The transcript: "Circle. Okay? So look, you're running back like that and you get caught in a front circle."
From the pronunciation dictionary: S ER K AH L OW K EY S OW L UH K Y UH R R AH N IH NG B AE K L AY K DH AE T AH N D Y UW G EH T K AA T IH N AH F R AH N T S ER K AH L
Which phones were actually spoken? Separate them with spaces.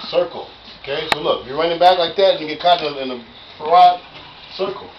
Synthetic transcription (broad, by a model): S ER K L OW K EY S OW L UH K Y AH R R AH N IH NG B AE K L AY K DH AE T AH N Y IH G EH T K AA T IH N AH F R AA T S ER K L